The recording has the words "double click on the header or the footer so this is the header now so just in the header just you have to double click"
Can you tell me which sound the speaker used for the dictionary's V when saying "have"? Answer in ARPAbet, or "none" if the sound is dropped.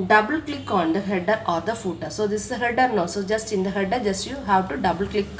W